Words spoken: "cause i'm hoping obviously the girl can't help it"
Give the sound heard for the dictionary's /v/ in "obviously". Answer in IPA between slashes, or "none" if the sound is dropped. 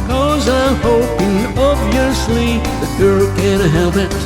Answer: none